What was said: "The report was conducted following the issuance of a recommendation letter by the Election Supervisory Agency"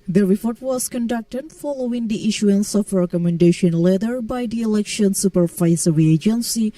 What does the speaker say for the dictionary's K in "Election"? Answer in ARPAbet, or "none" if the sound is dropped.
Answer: K